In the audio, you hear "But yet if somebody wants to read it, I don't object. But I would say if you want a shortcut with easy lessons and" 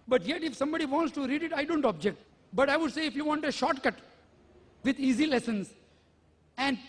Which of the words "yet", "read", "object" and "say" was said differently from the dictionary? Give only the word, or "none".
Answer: none